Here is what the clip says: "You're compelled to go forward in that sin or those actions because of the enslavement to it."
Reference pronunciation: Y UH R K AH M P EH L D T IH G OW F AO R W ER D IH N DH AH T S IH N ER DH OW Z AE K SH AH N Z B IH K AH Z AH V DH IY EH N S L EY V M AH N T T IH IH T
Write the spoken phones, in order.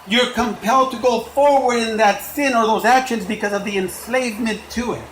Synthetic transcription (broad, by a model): Y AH R K AH M P EH L D T IH G OW F AO R W ER D IH N DH AH T S IH N ER DH OW Z AE K SH AH N Z B IH K AH Z AH V DH IY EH N S L EY V M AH N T T IH IH T